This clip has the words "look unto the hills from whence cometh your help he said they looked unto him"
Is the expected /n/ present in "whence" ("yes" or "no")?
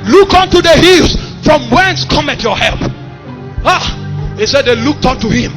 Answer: yes